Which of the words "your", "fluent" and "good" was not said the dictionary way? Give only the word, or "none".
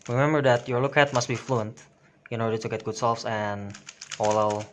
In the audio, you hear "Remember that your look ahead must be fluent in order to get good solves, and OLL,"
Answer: none